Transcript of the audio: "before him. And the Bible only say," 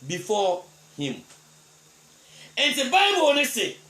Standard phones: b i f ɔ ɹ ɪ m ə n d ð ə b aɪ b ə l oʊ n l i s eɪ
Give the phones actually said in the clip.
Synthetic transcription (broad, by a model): b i f ɔ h ɪ m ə n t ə b aɪ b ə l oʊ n i s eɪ